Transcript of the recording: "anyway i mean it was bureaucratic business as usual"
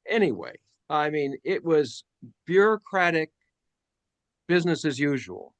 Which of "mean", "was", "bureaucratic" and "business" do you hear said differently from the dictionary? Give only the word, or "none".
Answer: none